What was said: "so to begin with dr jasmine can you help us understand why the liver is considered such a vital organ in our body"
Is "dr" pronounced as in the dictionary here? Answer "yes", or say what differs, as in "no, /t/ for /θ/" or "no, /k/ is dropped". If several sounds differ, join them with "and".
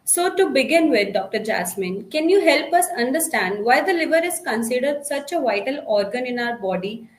yes